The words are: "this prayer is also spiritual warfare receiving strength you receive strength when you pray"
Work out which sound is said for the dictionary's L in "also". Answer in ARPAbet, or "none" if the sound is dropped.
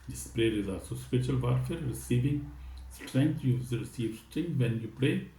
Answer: none